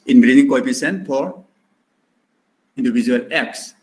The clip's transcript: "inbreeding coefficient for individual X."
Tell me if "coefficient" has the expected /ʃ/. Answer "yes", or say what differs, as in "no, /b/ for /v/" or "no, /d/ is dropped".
no, /s/ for /ʃ/